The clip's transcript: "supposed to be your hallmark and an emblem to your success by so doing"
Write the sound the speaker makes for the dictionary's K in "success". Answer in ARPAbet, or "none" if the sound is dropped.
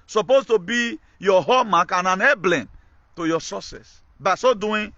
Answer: none